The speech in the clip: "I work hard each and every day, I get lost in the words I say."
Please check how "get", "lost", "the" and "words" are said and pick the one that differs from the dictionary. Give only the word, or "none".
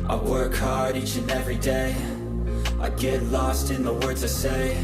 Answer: none